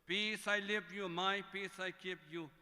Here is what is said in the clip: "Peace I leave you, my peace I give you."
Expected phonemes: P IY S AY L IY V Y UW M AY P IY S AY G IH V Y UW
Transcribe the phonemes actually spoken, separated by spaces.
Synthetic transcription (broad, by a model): P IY S AY L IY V Y UW M AY P IY S AY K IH P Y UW